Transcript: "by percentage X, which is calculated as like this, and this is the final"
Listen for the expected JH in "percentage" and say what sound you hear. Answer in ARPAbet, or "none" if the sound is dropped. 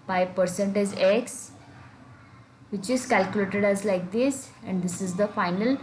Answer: Z